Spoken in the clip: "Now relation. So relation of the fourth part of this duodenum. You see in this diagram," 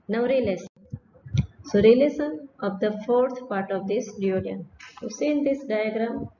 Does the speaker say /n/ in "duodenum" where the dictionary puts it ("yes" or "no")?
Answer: no